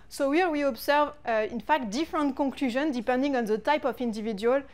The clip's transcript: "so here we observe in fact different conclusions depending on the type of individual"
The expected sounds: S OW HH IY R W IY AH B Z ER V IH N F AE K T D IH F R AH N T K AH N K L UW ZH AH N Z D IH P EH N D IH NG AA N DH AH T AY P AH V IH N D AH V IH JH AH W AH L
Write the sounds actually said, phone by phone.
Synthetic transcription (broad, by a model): S OW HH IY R W IY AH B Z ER V IH N F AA K T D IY F R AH N T K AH K L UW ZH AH N D IH P EH N D IH NG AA N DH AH T AY P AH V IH N D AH V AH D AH L